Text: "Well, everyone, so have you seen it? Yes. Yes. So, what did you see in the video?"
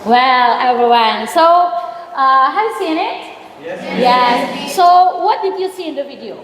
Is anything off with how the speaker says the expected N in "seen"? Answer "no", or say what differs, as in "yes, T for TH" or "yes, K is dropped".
yes, N is dropped